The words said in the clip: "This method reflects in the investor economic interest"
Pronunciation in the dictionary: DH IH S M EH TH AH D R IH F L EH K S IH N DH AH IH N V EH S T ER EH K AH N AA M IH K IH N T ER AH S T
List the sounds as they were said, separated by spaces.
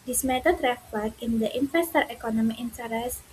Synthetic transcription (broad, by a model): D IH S M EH T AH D R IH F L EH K IH N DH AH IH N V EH S T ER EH K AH N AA M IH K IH N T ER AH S